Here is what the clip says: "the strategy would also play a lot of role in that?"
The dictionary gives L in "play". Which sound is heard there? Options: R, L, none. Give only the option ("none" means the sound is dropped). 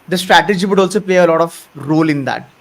L